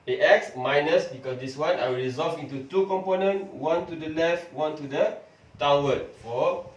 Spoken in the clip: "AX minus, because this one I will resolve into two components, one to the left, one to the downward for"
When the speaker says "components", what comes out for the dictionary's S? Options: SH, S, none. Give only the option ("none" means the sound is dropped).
none